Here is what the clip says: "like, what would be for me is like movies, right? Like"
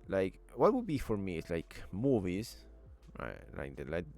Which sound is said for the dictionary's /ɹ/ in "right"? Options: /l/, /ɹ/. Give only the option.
/l/